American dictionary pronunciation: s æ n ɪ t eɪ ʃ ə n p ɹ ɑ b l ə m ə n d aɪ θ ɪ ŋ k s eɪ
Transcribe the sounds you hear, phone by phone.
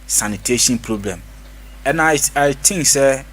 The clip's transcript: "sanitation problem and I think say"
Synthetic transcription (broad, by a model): s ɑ n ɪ t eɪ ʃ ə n p ɹ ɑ b l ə m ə n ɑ aɪ t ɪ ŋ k s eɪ